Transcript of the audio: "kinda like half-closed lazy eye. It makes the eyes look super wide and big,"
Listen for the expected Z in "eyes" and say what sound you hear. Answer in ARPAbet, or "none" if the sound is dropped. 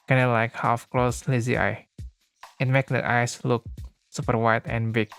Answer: S